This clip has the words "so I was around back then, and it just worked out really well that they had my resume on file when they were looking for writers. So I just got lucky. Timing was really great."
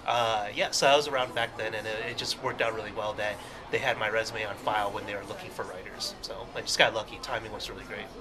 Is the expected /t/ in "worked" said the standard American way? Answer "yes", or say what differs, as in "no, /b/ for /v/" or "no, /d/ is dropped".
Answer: yes